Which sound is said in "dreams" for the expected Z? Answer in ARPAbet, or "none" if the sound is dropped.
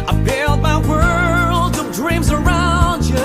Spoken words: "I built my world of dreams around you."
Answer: Z